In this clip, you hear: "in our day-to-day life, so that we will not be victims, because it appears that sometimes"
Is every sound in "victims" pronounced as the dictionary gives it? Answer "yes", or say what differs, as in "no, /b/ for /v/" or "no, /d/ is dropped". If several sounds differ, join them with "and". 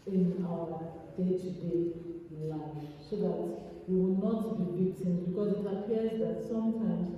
no, /b/ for /v/